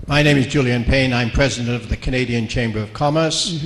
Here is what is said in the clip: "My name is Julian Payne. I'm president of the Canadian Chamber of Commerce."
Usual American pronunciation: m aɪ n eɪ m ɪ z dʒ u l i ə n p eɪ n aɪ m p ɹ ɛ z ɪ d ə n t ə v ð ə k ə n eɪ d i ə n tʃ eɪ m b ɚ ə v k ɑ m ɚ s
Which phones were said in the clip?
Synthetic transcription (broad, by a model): m aɪ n eɪ m ɪ z dʒ u l i ə n p eɪ n aɪ m p ɹ ɛ z ɪ d ə n t ə v ð ə k ə n eɪ d i ə n tʃ eɪ m b ɚ ə v k ɑ m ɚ s